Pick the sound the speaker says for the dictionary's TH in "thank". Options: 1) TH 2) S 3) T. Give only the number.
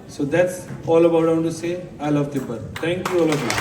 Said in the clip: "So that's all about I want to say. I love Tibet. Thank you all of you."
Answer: 3